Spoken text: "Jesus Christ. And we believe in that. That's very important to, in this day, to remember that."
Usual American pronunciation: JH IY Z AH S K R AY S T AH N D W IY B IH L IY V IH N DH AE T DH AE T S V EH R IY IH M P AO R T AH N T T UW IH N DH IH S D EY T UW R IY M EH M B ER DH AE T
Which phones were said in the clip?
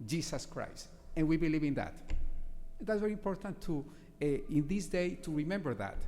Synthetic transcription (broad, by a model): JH IY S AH S K R AY S T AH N W IY B IH L IY V IH N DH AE T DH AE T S V EH R IY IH M P AO R T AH N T T UW IH N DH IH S D EY T UW R IY M EH M B ER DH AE T